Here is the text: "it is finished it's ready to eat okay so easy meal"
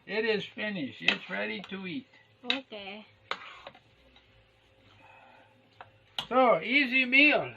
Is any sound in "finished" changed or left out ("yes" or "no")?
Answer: yes